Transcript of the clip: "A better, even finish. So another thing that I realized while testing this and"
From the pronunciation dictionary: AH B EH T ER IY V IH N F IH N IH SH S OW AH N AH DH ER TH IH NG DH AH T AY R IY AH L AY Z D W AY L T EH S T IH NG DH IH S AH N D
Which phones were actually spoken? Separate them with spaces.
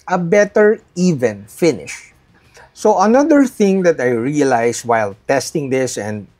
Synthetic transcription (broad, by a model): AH B EH T ER IY V IH N F IH N IH SH S OW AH N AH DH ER TH IH NG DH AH T AY R IY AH L AY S W AY L T EH S T IH NG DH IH S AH N D